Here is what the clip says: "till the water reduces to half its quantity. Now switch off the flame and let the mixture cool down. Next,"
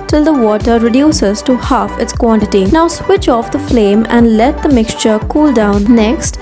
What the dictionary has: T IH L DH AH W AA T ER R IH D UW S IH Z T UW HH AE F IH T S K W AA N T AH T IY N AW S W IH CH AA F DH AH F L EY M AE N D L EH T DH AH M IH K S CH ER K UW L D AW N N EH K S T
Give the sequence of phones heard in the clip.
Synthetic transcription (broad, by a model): T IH L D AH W AA T ER R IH D UW S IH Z T UW HH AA F IH T S K W AA N T AH T IY N AW S W IH CH AA F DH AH F L EY M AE N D L EH T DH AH M IH K S CH ER K UW L D AW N N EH K S T